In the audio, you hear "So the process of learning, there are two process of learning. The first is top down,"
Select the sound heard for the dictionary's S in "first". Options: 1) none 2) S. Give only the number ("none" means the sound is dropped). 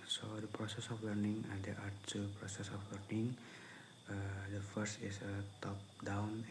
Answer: 2